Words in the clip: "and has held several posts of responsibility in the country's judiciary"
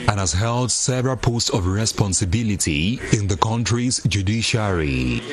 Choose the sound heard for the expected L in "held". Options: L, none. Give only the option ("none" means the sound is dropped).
L